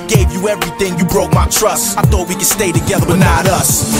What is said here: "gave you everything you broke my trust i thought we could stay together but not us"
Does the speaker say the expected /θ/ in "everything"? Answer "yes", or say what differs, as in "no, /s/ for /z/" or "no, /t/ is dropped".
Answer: yes